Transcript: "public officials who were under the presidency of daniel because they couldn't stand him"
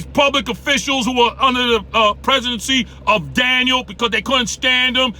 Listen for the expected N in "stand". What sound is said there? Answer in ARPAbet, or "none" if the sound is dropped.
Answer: N